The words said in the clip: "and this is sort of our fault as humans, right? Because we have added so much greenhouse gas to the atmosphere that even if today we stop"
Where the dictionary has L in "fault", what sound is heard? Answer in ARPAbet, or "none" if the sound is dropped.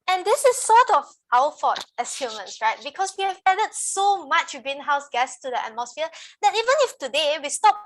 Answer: none